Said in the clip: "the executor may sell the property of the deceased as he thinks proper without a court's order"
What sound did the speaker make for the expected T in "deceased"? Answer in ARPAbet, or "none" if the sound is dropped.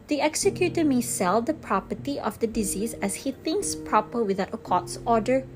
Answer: none